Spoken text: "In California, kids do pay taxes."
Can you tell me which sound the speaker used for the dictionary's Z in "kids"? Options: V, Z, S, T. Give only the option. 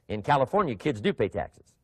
Z